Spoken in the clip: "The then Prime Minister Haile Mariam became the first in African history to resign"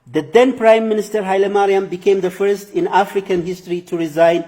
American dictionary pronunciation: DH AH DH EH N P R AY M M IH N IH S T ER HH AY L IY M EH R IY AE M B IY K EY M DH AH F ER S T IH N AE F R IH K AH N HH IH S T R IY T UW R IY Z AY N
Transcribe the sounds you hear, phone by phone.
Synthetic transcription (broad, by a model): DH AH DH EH N P R AY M M IH N IH S T ER HH AY L IY M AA R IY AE M B IY K EY M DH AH F ER S T IH N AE F R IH K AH N HH IH S T R IY T UW R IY Z AY N